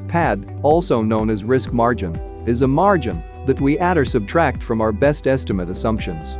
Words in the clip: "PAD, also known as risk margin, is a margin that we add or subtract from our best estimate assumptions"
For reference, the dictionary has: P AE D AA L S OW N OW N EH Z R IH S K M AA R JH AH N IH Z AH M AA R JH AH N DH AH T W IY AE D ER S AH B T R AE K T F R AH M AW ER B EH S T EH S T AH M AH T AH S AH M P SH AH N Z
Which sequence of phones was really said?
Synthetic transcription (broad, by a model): P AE D AA L S OW N OW N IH Z R IH S K M AA R JH AH N IH Z AH M AA R JH AH N DH AH T W IY AE D ER S AH B T R AE K T F R AH M AW ER B EH S T EH S T AH M AH T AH S AH M P SH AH N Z